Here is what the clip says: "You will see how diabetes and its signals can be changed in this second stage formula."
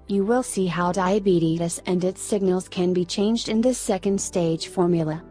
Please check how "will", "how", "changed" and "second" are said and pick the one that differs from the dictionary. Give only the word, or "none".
none